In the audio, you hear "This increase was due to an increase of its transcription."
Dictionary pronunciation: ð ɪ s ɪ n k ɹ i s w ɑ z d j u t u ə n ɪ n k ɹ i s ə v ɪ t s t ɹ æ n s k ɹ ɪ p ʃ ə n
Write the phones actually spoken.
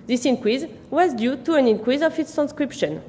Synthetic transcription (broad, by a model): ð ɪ s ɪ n k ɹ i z w ɑ z d j u t u ə n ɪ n k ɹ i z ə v ɪ t s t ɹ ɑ n s k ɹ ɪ p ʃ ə n